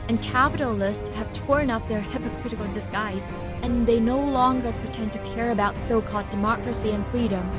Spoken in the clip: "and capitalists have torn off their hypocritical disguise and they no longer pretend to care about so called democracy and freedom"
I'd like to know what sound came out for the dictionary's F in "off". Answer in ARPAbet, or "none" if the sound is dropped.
P